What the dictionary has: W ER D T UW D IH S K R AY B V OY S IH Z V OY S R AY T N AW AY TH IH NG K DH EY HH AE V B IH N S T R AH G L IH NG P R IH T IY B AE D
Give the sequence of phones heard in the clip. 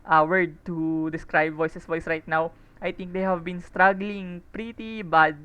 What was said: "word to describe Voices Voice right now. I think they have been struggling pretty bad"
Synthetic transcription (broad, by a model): W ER D T UW D IH S K R AY B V OY S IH S V OY S R AY T N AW AY T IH NG K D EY HH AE V B IH N S T R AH G L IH NG P R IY T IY B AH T